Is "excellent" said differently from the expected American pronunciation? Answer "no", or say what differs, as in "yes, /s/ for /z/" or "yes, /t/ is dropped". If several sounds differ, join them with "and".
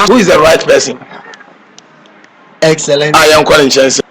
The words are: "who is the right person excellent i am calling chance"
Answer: yes, /t/ is dropped